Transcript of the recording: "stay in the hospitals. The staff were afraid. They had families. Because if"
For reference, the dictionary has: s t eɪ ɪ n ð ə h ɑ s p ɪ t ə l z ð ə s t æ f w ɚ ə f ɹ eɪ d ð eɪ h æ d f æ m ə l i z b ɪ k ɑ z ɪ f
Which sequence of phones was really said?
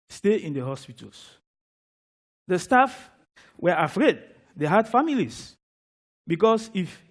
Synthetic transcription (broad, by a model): s t eɪ ɪ n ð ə h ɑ s p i t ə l s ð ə s t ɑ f w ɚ ə f ɹ eɪ d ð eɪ h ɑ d f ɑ m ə l i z b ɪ k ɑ s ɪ f